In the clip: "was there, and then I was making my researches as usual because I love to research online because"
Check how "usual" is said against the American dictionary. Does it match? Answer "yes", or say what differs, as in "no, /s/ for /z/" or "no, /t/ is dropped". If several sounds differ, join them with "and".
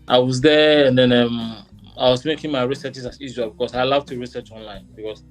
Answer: no, /z/ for /ʒ/